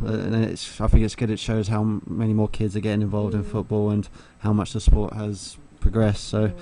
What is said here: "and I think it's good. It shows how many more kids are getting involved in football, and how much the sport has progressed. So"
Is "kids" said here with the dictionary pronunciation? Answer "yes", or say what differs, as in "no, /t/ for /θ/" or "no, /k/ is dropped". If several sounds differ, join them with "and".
yes